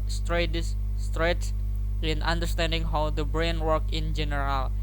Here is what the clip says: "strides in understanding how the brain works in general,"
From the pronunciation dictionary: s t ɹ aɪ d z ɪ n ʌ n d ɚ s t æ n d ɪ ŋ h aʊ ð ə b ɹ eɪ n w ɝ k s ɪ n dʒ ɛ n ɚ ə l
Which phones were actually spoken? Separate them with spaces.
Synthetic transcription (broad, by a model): s t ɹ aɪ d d ɪ n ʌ n d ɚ s t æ n d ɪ ŋ h aʊ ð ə b ɹ eɪ n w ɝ k ɪ n dʒ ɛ n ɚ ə l